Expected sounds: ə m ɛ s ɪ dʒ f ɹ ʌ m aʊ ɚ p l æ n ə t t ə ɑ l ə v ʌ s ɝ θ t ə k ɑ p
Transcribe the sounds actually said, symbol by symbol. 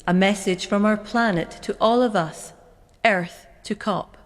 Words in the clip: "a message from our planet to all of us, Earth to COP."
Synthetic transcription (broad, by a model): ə m ɛ s ɪ dʒ f ɹ ʌ m aʊ ɚ p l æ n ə t t ɑ l ə v ʌ s ɝ θ t ə k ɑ p